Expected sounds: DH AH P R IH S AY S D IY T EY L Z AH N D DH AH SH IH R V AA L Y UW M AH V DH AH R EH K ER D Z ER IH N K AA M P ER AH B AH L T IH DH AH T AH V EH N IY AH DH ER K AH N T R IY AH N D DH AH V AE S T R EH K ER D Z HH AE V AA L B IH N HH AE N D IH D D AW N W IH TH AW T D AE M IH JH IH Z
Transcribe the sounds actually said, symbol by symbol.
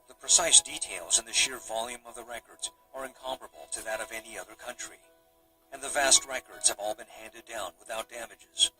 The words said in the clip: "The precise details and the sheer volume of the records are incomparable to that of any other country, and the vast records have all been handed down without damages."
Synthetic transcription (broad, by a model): DH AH P R IH S AY S D IY T EY L Z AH N DH AH SH IH R V AA L Y UW M AH V DH AH R EH K ER D Z ER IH N K AA M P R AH B L T IH DH AH T AH V EH N IY AH DH ER K AH N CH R IY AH N DH AH V AE S T R EH K ER D Z HH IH V AA L B IH N HH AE N D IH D D AW N W IH TH AW T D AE M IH JH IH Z